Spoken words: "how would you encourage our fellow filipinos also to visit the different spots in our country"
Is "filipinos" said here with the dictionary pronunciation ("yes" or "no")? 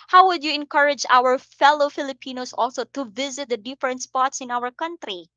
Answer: no